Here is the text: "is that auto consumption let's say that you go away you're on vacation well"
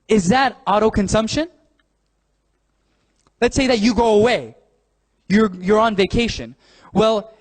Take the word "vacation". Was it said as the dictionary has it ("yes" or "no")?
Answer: yes